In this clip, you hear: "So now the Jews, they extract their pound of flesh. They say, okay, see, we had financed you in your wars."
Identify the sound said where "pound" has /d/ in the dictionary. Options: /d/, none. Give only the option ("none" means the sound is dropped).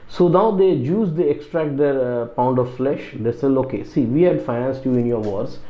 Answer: /d/